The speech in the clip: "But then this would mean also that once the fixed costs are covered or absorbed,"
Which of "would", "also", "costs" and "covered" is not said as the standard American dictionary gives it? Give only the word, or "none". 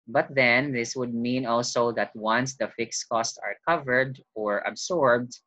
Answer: none